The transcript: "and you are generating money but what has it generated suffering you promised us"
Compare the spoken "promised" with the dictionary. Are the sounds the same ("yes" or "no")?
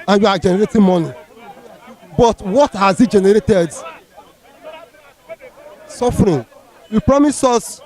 no